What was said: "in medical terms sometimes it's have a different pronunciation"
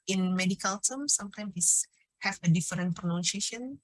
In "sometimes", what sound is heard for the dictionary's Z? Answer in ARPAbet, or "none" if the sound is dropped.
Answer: none